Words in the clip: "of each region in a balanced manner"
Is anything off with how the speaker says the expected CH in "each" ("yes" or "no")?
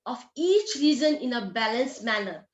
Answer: no